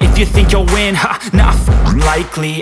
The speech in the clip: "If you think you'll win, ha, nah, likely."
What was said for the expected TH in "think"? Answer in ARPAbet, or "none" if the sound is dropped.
TH